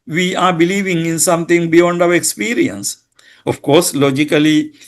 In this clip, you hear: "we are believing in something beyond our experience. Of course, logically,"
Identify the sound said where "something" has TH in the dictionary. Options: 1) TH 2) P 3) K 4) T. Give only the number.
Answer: 4